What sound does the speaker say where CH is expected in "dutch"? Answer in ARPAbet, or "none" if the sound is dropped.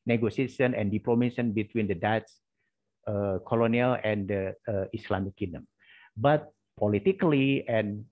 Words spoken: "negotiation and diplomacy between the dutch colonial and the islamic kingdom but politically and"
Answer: S